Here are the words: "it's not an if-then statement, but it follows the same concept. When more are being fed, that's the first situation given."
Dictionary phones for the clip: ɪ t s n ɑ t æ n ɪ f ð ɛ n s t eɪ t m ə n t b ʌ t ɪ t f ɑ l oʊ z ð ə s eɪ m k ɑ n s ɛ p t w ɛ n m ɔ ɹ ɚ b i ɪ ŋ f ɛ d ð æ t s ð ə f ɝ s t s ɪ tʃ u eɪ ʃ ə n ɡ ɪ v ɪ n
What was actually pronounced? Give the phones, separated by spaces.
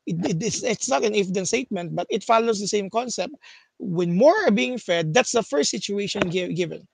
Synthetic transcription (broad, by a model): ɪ t s n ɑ t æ n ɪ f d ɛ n s t eɪ t m ə n t b ʌ t ɪ t f ɑ l oʊ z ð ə s eɪ m k ɑ n s ɛ p t w ɛ n m ɔ ɹ ɚ b i ɪ ŋ f ɛ d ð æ t s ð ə f ɝ s t s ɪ tʃ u eɪ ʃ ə n ɡ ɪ v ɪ n